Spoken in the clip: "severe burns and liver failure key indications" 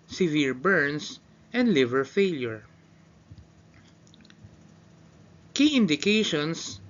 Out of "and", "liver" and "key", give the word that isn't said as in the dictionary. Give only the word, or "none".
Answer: none